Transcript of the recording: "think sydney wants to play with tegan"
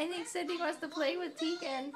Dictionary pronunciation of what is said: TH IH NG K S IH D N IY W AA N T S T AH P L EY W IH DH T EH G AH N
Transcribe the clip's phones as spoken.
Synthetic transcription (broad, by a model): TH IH NG K S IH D IY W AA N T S T AH P L EY W IH DH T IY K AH N